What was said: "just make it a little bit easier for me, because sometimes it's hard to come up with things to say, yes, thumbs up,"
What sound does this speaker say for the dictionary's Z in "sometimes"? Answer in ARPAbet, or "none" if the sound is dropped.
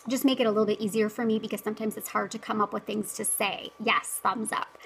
Z